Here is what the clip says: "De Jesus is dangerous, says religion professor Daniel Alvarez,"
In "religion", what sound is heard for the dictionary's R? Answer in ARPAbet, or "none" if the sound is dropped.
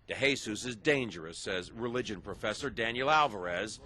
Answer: R